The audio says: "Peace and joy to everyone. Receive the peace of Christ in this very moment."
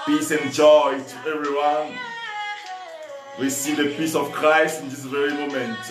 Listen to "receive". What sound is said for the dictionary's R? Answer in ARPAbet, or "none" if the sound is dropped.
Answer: W